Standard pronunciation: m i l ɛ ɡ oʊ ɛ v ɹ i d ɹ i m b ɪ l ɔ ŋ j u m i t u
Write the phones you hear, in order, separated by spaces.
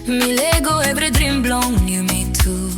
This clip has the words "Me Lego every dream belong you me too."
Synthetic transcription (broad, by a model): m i l ɛ ɡ oʊ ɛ b ɹ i d ɹ i m b l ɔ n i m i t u